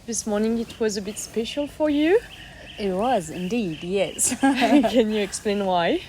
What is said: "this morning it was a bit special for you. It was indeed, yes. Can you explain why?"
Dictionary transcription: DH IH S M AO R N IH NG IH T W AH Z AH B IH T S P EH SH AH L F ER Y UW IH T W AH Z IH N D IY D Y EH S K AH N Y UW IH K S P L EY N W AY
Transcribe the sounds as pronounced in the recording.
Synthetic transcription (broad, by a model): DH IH S M AO R N IH NG IH T W AH Z AH B IH T S P EH SH AH L F ER Y UW IH T W AH Z IH N D IY D Y EH S K AH N Y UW IH K S P L EY N W AY